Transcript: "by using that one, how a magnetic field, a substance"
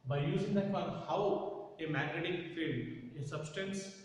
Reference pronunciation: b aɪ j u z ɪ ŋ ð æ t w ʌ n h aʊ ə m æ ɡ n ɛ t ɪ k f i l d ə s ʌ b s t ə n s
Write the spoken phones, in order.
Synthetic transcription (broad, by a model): b aɪ j u z ɪ ŋ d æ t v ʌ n h aʊ ə m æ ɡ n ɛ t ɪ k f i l ə s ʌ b s t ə n s